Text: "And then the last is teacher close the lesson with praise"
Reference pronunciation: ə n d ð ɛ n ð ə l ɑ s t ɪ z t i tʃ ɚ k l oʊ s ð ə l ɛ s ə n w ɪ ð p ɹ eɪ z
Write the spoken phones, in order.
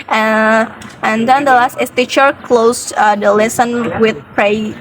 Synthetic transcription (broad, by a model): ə n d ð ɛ n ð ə l ɑ s t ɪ s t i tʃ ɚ k l oʊ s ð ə l ɛ s ə n w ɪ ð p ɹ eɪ